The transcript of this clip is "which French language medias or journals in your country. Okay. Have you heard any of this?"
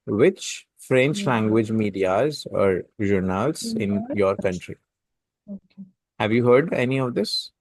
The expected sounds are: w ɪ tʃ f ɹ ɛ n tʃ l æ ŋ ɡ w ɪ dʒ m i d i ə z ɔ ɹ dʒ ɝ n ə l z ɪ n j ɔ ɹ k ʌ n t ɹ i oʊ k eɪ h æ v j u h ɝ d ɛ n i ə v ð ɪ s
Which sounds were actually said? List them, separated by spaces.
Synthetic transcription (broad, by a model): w ɪ tʃ f ɹ ɛ n tʃ l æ ŋ ɡ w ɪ dʒ m i d i ə z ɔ ɹ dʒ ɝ n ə l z ɪ n j ɔ ɹ k ʌ n t ɹ i h æ v j u h ɝ d ɛ n i ə v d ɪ s